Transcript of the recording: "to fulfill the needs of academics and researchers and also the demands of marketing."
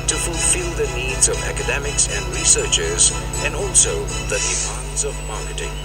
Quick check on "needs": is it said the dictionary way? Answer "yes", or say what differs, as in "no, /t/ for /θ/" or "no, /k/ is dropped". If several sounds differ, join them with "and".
yes